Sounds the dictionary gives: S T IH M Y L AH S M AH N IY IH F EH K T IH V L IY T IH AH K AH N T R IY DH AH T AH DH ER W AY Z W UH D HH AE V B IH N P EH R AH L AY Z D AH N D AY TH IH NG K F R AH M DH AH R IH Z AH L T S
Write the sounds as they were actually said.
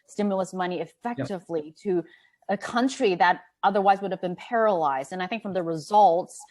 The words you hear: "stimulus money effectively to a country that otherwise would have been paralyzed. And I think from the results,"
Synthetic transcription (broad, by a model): S T IH M Y L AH S M AH N IY IH F EH K T IH V L IY T IH AH K AH N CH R IY DH AH T AH DH ER W AY Z W UH D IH V B IH N P EH R AH L AY Z D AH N AY TH IH NG K F R AH M DH AH R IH Z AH L T S